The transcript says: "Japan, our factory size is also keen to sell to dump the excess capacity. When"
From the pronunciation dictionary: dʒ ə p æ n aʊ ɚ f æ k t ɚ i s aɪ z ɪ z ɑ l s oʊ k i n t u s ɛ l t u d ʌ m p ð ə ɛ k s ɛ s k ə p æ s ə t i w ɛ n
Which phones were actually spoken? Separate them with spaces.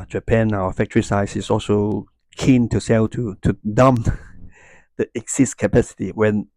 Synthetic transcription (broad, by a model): dʒ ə p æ n aʊ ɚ f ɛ k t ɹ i s aɪ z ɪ s ɑ l s oʊ k i n t u s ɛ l t u d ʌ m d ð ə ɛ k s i s k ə p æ s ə t i w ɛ n